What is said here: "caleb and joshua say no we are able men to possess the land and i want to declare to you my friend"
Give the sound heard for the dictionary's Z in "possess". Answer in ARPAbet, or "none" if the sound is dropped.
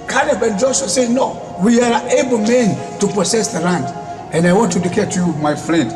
S